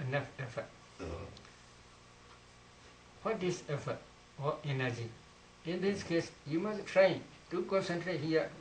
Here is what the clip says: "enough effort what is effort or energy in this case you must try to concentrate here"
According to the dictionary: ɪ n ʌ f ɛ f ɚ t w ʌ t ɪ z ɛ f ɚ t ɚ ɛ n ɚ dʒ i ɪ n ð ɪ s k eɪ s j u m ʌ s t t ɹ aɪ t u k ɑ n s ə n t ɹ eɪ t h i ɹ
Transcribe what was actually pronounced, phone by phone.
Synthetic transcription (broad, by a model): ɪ n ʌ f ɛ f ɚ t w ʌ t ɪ s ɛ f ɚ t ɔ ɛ n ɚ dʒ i ɪ n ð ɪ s k eɪ s j u m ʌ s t t ɹ aɪ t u k ɑ n s ə n t ɹ eɪ t h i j